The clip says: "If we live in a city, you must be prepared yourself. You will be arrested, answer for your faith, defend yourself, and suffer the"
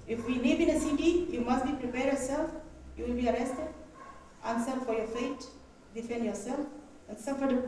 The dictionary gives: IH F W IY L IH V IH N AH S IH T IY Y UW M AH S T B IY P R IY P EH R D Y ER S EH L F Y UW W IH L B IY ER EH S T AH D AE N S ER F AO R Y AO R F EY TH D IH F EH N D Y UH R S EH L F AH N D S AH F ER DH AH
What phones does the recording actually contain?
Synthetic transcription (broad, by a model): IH F W IY N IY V IH N AH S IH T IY Y UW M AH S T B IY P R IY P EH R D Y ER S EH L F Y UW W IH L B IY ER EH S T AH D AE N S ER F AO R Y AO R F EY T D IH F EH N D Y UH R S EH L F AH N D S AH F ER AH